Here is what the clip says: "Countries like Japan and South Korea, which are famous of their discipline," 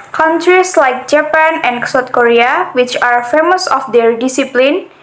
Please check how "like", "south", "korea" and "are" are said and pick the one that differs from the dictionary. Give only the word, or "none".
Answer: south